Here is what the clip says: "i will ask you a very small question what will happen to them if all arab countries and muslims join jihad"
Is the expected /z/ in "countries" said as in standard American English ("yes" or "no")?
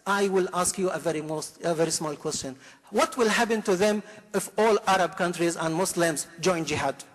yes